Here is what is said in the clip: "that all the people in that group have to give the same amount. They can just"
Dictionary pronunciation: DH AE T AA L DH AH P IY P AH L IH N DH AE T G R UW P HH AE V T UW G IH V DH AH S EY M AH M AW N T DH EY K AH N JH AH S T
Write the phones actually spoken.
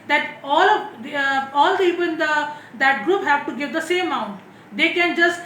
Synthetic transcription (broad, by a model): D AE T AA L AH P IY P AH L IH N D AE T G R UW P HH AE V T UW G IH V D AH S EY M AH UH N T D EY K AH N JH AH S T